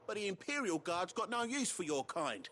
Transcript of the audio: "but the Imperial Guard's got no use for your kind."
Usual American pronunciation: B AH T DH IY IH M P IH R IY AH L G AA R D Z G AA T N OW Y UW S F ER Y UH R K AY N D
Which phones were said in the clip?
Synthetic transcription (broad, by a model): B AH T DH IY IH M P IH R IY AH L G AA R D Z G AA T N OW Y UW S F ER Y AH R K AY N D